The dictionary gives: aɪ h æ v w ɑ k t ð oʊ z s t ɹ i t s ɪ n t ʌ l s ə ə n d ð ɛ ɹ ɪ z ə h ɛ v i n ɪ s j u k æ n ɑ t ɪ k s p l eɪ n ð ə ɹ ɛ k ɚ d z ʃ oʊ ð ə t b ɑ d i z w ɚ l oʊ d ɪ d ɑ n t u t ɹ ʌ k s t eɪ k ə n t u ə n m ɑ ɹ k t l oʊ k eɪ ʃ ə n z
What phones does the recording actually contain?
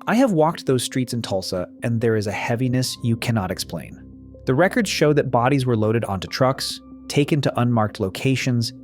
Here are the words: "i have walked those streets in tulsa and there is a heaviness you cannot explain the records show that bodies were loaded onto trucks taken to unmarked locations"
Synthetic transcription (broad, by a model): aɪ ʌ v w ɑ k t ð oʊ z s t ɹ i t s ɪ n t ʌ l s ə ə n ð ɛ ɹ ɪ z ə h ɛ v i n ɪ s j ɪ k æ n ɑ t ɪ k s p l eɪ n ð ə ɹ ɛ k ɚ d z ʃ oʊ ð ə t b ɑ d i z w ɚ l oʊ d ɪ d ɑ n t u t ɹ ʌ k s t eɪ k ə n t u ə n m ɑ ɹ k t l oʊ k eɪ ʃ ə n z